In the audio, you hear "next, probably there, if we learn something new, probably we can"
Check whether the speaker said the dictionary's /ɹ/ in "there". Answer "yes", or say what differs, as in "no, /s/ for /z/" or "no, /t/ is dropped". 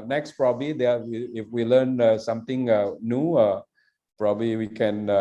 no, /w/ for /ɹ/